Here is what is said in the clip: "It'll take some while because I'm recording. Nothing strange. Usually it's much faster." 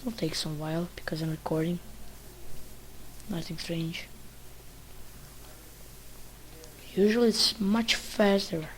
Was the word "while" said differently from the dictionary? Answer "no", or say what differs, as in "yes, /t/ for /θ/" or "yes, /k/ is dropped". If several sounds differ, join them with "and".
no